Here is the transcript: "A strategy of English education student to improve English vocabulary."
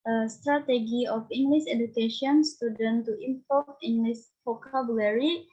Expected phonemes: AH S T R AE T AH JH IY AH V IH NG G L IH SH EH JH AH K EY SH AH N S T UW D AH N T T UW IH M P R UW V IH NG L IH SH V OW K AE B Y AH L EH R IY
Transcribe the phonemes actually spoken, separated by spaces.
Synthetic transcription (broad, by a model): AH S T R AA T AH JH IY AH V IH NG G L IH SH EH JH AH K EY SH AH N S T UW D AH N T T UW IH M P AO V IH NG L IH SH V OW K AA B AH L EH R IY